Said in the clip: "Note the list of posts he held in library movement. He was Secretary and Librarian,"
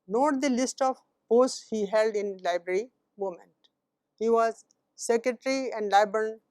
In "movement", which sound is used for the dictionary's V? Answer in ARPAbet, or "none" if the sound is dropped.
none